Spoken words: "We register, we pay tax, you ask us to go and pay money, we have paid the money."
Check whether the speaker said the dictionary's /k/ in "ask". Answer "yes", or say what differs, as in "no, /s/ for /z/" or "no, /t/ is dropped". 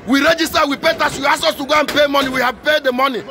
no, /k/ is dropped